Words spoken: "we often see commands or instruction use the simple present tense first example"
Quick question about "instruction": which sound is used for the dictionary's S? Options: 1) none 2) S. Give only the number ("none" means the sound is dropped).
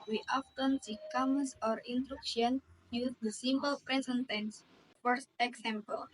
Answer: 1